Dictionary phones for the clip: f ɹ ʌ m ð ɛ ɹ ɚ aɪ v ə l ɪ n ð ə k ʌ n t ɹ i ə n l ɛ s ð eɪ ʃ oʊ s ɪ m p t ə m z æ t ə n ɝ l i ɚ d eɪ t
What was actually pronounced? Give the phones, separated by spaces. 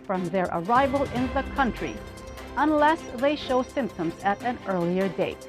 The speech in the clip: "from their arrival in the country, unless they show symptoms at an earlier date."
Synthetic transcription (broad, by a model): f ɹ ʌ m ð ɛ ɹ ɚ aɪ v ə l ɪ n ð ə k ʌ n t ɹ i ə n l ɛ s ð eɪ ʃ oʊ s ɪ m p t ə m z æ t ə n ɝ l i ɚ d eɪ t